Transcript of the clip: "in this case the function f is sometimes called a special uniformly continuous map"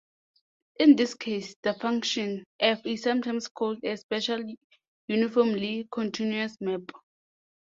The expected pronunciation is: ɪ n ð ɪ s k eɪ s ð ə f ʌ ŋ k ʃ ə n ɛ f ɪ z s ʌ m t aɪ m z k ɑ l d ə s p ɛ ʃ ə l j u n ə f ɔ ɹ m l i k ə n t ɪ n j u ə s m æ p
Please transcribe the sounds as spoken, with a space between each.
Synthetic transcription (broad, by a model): ɪ n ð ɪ s k eɪ s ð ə f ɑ ŋ k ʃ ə n ɛ f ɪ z s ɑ m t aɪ m s k ɑ l d ə s p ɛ ʃ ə l j u n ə f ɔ m l i k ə n t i n j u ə s m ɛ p